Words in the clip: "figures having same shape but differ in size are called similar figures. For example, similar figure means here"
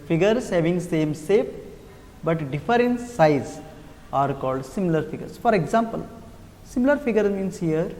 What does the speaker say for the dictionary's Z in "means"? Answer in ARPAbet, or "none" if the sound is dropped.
S